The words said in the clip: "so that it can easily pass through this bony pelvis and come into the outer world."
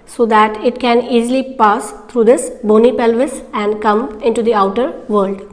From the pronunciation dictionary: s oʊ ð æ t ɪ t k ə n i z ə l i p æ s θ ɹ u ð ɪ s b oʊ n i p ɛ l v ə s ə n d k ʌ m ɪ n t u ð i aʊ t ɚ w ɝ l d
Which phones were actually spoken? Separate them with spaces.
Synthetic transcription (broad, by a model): s oʊ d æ t ɪ t k ə n i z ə l i p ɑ s t ɹ u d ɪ s b oʊ n i p ɛ l v ə s ə n d k ʌ m ɪ n t u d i aʊ t ɚ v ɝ l d